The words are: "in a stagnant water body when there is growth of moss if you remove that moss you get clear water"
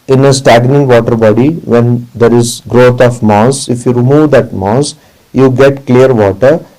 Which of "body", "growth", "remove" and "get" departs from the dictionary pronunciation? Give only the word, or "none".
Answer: growth